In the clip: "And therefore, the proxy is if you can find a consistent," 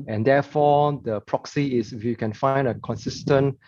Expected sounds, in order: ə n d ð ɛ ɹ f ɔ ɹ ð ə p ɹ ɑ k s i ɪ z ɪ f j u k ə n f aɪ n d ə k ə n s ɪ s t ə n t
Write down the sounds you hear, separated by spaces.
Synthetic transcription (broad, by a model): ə n d ɛ f ɔ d ə p ɹ ɑ k s i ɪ s ɪ f j u k ə n f aɪ n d ə k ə n s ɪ s t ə n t